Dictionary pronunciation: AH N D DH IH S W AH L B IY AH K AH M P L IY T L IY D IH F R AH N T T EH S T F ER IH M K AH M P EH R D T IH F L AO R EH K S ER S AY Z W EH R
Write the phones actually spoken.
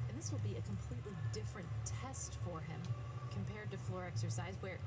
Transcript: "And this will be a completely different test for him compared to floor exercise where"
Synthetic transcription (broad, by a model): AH N DH IH S W AH L B IY AH K AH M P L IY T L IY D IH F R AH N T T EH S T F ER IH M K AH M P EH R D T IH F L AO R EH K S ER S AY Z W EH R